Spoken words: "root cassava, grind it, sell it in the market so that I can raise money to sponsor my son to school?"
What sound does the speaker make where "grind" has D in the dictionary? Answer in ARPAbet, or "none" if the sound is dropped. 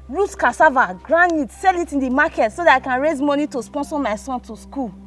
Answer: none